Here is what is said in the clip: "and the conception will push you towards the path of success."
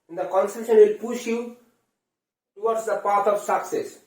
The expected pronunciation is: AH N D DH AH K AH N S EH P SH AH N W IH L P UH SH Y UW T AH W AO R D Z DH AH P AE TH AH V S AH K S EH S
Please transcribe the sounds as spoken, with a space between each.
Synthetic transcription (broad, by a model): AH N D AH K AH N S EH SH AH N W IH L P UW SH Y UW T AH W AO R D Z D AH P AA T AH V S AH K S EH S